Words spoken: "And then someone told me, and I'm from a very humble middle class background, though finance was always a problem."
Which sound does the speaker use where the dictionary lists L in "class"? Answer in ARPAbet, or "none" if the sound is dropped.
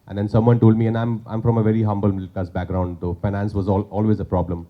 none